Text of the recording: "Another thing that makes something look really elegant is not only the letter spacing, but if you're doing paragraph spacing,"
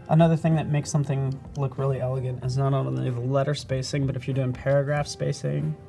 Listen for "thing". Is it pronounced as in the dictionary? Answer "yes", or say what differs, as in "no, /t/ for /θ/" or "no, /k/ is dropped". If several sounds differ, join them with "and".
yes